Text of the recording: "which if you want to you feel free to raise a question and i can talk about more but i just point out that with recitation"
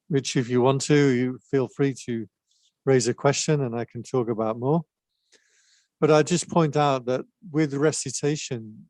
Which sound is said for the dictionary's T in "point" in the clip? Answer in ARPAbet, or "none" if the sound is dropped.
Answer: T